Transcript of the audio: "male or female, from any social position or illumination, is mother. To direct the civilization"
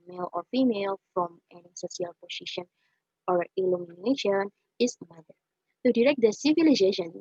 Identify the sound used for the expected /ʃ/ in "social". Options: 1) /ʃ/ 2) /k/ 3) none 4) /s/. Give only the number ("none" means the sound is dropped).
4